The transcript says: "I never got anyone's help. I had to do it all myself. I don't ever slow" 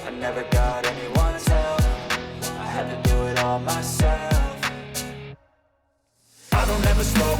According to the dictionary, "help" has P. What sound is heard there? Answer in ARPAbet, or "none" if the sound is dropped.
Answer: F